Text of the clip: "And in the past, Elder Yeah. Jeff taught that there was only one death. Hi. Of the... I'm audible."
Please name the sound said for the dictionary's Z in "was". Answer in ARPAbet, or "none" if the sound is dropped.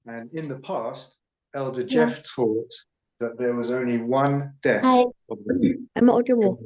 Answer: Z